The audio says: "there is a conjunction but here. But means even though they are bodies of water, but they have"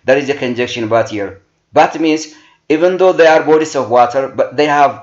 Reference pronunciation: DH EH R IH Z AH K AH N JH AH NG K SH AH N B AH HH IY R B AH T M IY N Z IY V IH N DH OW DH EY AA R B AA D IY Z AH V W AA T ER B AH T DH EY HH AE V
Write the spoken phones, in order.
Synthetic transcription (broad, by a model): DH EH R IH Z AH K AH N JH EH K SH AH N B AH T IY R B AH T M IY N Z IY V IH N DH OW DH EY AA R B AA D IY S AH V W AA T ER B AH T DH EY HH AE V